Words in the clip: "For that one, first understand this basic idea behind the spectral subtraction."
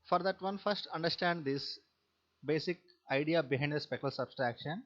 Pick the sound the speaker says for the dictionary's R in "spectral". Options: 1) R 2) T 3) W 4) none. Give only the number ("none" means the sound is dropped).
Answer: 4